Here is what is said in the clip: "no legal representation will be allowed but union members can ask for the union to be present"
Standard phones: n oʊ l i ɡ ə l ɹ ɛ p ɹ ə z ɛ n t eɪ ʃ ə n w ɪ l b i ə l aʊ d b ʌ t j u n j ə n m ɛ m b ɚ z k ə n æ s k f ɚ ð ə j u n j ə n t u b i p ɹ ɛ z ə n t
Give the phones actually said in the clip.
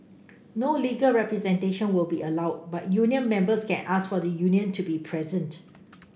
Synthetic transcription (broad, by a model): n oʊ l i ɡ ə l ɹ ɛ p ɹ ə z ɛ n t eɪ ʃ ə n w ɪ l b i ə l aʊ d b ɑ t j u n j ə n m ɛ m b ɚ s k ə n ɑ s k f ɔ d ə j u n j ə n t u b i p ɹ ɛ z ə n t